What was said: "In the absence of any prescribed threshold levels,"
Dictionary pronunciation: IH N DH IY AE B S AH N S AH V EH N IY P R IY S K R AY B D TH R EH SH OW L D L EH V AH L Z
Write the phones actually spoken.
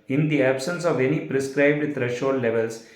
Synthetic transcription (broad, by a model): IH N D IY AE B S AH N S AH V EH N IY P R IY S K R AY B D T R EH SH OW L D L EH V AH L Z